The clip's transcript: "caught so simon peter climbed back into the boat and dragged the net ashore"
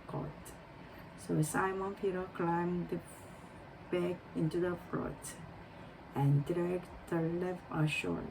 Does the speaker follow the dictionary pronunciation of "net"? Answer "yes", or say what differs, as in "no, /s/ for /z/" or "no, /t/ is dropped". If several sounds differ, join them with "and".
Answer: no, /l/ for /n/